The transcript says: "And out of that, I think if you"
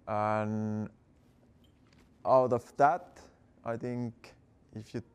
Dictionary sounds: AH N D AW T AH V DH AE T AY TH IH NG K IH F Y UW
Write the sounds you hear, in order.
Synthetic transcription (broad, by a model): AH N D AW T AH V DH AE T AY TH IH NG K IH F Y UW